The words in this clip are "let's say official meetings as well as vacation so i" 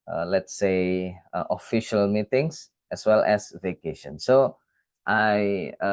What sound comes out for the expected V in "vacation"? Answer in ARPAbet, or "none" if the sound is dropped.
V